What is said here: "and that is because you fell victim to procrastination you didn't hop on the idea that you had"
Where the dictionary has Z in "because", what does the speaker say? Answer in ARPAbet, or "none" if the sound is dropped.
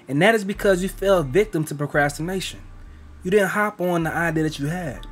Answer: Z